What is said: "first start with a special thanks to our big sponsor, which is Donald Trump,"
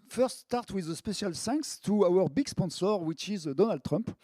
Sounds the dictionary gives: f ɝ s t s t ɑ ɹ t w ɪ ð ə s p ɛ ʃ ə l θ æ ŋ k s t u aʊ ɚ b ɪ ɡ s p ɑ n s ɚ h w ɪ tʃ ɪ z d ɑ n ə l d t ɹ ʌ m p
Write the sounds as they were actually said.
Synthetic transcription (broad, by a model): f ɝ s t s t ɑ ɹ t w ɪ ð ə s p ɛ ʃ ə l s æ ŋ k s t u aʊ ɚ b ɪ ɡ s p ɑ n s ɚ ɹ w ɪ tʃ ɪ z d ɑ n ə l d t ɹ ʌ m p